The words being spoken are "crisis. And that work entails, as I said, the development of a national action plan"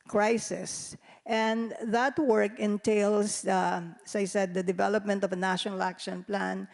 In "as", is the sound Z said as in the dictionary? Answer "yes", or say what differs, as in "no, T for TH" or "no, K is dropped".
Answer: no, S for Z